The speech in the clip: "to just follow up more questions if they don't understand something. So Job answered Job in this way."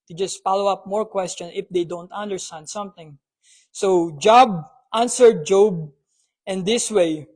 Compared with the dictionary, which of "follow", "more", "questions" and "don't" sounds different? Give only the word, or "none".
questions